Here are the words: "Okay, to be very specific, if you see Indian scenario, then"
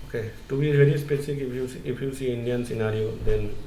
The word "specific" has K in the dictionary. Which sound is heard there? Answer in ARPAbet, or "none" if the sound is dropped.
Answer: none